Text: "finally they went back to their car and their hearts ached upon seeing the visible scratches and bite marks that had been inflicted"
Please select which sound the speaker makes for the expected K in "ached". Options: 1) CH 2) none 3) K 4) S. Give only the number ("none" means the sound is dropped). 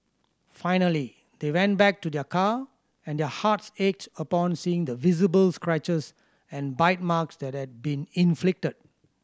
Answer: 3